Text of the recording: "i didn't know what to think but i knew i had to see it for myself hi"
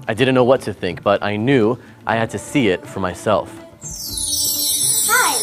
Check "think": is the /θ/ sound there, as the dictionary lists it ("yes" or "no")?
yes